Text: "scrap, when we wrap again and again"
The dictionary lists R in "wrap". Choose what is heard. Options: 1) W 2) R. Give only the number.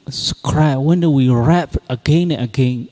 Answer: 2